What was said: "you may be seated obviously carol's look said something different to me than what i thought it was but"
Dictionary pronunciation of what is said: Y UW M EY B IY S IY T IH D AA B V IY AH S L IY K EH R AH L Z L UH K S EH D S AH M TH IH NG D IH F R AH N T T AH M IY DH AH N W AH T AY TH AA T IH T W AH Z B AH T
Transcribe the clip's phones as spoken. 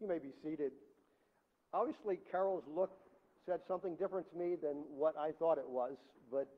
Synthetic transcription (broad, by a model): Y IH M EY B IY S IY T IH D AA B V IY AH S L IY K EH R L Z L UH K S EH D S AH M TH IH NG D IH F R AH N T T AH M IY DH AH N W AH T AY TH AA T IH T W AH Z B AH T